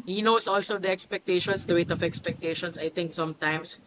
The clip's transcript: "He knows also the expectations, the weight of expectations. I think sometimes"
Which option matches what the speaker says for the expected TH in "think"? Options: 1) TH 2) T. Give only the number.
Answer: 2